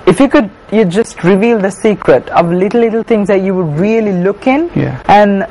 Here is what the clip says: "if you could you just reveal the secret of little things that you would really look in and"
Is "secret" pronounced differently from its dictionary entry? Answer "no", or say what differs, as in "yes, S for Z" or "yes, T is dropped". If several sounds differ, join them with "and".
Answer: no